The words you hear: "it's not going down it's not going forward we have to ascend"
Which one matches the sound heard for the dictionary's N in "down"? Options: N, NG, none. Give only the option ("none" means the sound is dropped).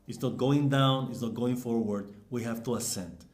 N